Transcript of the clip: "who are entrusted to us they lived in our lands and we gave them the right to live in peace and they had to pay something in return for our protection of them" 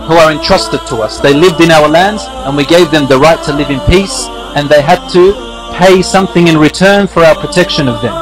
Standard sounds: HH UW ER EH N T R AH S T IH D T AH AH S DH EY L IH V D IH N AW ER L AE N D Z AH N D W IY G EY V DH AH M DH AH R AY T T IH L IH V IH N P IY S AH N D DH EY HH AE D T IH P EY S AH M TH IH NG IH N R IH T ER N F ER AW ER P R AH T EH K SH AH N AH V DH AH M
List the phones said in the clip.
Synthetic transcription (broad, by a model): HH UW ER EH N T R AH S T IH D T AH AH S DH EY L IH V D IH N AW ER L AE N D Z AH N W IY G EY V DH AH M DH AH R AY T T IH L IH V IH N P IY S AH N DH EY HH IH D T IH P EY S AH M TH IH NG IH N R IH T ER N F ER AW ER P R AH T EH K SH AH N AH V DH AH M